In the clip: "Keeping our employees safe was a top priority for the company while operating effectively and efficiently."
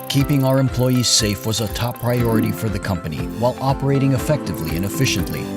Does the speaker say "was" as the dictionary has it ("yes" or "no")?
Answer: yes